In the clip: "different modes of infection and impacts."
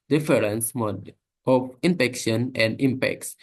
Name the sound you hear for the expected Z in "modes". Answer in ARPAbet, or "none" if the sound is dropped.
none